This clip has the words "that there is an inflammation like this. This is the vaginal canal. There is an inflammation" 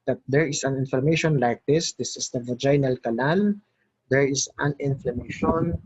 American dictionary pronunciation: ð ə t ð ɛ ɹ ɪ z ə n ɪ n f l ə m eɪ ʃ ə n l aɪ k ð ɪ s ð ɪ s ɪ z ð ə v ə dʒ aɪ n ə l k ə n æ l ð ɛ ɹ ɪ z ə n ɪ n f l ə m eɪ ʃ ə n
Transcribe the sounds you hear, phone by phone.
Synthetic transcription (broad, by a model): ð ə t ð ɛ ɹ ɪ s ə n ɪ n f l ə m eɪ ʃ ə n l aɪ k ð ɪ s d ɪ s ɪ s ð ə v ə dʒ aɪ n ə l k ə l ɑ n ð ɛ ɹ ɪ s ə n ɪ n f l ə m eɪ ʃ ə n